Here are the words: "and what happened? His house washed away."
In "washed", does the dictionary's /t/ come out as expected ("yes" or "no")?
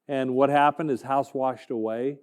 yes